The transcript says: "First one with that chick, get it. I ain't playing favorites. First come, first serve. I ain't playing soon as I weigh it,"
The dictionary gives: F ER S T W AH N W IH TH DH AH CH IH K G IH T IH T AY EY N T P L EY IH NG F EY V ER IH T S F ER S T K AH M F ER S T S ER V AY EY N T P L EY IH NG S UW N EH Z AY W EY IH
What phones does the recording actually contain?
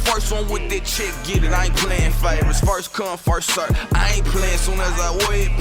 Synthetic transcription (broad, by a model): F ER S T W AH N W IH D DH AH CH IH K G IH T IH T AY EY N P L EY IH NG F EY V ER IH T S F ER S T K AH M F ER S T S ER AY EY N P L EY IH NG S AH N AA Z AY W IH